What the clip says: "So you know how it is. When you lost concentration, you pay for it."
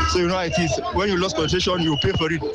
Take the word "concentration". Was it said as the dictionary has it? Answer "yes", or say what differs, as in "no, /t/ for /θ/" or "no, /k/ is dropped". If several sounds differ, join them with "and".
no, /s/ is dropped and /n/ is dropped and /ɹ/ is dropped